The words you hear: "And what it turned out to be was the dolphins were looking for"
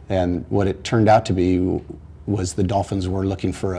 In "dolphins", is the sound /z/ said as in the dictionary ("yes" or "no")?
yes